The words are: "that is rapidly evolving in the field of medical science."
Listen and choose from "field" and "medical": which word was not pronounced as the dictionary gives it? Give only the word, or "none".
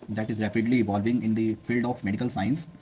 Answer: none